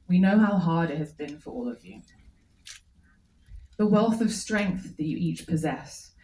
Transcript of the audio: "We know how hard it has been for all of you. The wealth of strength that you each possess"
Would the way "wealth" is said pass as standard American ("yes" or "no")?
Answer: yes